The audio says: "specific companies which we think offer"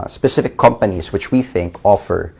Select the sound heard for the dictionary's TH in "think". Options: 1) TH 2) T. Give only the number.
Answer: 1